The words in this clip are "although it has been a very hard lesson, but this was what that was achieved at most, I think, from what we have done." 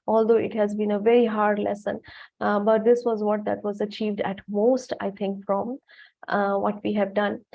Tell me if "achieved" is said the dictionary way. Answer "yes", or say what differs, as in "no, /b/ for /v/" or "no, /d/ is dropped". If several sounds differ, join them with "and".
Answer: yes